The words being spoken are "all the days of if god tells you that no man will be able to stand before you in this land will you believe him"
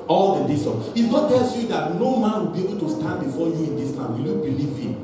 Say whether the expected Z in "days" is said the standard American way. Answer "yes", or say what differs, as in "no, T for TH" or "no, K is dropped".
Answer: no, S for Z